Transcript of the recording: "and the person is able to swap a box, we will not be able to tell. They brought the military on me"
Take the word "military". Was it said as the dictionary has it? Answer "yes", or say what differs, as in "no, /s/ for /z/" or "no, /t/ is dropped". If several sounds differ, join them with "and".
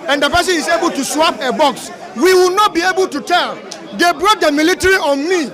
yes